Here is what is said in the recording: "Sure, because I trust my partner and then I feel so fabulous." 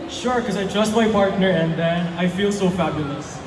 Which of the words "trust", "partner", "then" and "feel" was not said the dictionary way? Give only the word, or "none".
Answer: none